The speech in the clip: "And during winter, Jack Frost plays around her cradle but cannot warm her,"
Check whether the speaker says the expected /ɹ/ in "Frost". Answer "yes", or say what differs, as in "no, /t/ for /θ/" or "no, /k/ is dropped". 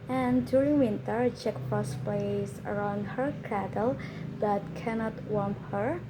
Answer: no, /ɹ/ is dropped